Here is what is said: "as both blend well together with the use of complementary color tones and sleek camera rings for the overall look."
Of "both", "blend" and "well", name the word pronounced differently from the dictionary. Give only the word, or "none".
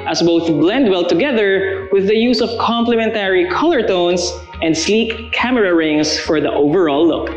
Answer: none